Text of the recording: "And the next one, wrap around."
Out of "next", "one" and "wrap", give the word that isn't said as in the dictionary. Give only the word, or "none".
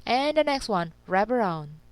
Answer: wrap